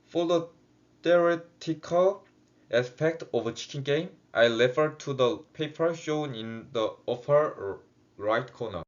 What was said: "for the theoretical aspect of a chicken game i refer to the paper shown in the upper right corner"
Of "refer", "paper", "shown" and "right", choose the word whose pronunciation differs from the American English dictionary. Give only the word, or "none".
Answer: refer